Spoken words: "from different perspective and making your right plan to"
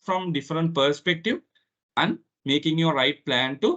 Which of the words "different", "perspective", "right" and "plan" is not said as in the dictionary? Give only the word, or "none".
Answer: none